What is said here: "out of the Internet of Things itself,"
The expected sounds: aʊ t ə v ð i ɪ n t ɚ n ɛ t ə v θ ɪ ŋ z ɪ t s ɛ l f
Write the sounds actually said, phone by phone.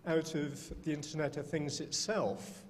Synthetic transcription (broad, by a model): aʊ t ə v ð i ɪ n t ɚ n ɛ t ə v θ ɪ ŋ z ɪ t s ɛ l f